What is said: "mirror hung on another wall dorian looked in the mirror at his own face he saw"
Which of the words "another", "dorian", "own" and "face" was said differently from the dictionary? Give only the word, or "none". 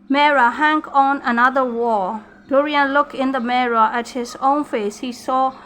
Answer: none